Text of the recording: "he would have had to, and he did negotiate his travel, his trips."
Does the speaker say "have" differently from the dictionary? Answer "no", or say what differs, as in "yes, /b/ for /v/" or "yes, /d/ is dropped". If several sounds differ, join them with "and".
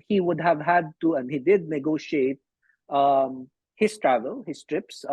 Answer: no